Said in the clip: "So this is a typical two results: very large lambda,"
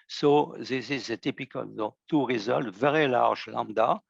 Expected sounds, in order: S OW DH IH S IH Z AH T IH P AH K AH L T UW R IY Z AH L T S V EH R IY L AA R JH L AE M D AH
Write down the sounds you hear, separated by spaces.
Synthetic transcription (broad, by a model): S OW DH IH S IH Z AH T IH P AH K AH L T UW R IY Z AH L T V EH R IY L AA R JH L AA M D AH